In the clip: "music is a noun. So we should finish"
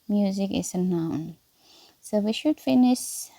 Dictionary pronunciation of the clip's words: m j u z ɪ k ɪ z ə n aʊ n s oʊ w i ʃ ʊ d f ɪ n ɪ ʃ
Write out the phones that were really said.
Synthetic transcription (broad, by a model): m j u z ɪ k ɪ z ə n aʊ n s oʊ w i ʃ ʊ d f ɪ n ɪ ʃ